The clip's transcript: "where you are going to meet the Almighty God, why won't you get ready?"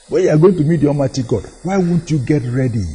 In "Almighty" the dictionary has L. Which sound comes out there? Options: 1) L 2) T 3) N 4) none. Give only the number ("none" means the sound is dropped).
4